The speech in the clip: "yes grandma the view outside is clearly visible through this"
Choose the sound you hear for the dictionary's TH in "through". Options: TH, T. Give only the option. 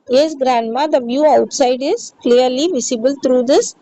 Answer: T